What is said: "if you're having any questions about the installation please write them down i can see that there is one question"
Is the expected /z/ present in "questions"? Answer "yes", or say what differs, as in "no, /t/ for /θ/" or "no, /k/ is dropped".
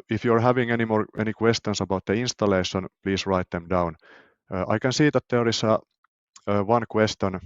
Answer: no, /s/ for /z/